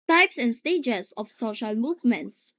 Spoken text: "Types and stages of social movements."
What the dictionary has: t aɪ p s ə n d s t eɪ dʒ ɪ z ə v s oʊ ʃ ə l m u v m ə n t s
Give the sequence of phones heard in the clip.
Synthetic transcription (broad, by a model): t aɪ p s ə n s t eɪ dʒ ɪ s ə f s oʊ ʃ ə l m u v m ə n t s